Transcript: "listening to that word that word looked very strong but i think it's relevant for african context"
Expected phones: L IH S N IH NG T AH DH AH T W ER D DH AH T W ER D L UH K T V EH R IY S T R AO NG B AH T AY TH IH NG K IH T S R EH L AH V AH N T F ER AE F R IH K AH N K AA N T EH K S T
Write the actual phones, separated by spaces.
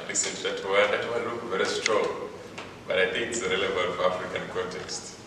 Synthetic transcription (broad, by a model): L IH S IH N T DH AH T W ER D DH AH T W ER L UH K V EH R IY S T R AO NG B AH T AY TH IH NG K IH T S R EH L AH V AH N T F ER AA F R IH K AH N K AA N T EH K S T